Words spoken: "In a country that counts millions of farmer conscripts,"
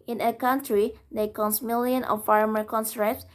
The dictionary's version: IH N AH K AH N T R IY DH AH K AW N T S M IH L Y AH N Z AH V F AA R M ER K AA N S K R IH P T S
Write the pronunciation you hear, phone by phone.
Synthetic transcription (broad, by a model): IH N AH K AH N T R IY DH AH K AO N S M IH L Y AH N AH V F AA R M ER K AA N S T R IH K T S